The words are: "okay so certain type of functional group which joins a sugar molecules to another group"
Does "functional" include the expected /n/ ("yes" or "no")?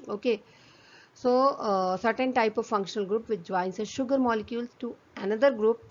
yes